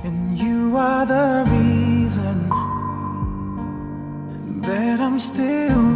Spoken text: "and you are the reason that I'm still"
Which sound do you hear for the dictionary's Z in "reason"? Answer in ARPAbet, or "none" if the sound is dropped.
Z